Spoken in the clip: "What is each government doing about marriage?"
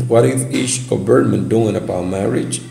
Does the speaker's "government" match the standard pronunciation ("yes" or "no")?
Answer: no